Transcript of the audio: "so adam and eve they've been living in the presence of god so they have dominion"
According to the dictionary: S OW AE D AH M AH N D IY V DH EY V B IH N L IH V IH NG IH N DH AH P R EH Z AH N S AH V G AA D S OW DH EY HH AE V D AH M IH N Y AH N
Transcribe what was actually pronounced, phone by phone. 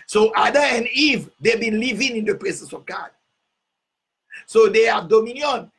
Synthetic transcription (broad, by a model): S OW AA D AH AH N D IY V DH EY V B IH N L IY V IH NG IH N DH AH P R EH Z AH N S AH V G AA D S OW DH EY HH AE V D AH M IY N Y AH N